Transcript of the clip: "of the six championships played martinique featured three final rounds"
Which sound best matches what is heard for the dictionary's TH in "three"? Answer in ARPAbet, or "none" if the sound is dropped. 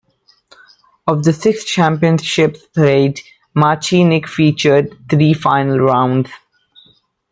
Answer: T